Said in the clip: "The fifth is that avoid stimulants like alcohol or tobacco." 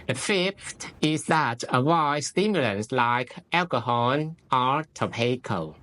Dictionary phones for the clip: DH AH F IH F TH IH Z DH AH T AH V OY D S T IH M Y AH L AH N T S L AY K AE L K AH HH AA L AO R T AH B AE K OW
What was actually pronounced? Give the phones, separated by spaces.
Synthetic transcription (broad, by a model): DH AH F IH F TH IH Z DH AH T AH W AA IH S T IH M Y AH L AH N S L AY K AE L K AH HH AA N AO R T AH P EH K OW